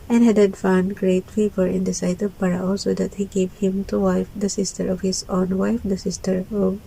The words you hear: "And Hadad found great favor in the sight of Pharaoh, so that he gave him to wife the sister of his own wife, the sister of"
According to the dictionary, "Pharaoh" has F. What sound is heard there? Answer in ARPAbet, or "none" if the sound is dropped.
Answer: P